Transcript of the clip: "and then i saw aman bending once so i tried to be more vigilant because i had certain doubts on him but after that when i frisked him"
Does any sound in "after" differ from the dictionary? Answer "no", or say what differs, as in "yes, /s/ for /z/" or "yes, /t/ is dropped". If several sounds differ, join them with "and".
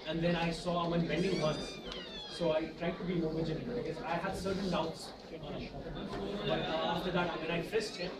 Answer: yes, /f/ is dropped